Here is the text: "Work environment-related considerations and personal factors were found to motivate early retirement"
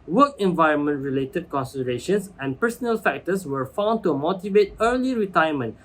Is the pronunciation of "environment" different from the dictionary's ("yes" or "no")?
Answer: no